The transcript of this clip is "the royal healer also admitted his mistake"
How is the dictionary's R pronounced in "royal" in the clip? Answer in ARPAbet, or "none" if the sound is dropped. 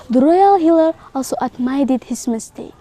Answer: R